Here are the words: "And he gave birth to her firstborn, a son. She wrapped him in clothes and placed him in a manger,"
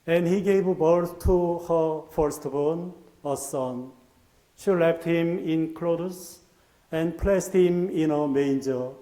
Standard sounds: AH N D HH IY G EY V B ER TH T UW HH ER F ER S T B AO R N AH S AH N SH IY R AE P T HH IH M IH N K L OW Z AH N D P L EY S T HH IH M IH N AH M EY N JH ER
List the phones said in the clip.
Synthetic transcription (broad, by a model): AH N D HH IY G EY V B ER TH T UW HH ER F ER S T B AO N AH S AH N SH IY L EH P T HH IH M IH N K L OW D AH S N P L EY S T HH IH M IH N AH M EY N JH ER